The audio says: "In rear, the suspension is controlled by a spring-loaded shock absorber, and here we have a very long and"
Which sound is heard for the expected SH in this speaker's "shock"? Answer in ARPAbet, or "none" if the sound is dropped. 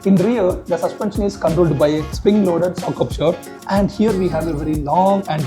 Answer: S